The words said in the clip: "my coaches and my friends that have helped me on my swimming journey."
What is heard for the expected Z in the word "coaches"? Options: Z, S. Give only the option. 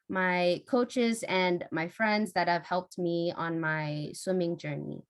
Z